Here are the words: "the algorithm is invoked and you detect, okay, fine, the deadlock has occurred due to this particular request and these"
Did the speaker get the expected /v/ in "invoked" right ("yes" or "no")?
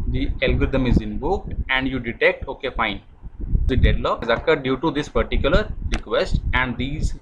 no